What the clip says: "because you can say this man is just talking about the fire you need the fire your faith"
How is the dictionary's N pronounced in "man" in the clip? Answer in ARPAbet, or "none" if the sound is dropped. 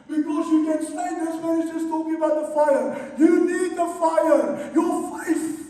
none